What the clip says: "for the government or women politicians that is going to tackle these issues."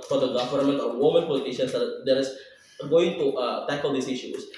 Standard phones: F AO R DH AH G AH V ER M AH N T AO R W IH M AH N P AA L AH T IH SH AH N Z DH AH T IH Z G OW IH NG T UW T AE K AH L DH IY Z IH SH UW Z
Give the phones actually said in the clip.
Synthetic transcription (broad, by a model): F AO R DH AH G AH V ER M AH N T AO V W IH M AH N P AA L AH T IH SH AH N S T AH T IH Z G OW IH NG T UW T AE K AH L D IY S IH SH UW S